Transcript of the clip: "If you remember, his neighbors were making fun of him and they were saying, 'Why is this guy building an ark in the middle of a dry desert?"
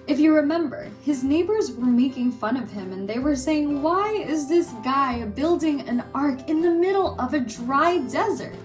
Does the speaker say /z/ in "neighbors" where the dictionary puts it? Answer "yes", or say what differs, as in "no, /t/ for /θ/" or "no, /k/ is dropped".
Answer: yes